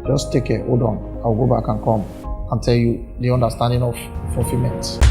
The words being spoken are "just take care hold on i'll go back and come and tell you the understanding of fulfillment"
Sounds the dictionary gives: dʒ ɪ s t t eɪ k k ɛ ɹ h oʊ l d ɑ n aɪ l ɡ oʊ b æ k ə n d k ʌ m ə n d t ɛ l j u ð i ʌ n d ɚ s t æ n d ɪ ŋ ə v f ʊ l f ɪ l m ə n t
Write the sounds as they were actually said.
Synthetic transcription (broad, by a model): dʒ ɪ s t t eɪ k k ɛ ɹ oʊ d ɑ n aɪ w ɡ oʊ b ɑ k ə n k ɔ m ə n t ɛ l j u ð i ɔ n d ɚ s t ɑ n d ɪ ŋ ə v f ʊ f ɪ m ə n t